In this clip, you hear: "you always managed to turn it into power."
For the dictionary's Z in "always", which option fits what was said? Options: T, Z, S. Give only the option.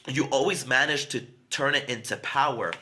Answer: Z